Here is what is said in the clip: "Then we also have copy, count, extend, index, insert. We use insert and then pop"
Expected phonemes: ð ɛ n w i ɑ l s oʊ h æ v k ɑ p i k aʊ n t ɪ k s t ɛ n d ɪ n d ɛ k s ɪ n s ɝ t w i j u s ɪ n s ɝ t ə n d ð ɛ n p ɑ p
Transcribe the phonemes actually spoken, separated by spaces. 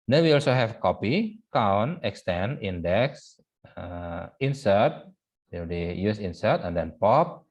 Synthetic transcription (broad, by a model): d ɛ n w i ɑ l s oʊ h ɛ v k ɑ p i k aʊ n ɪ k s t ɛ n d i n d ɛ k s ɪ n s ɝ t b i j u s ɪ n s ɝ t ə n d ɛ n p ɑ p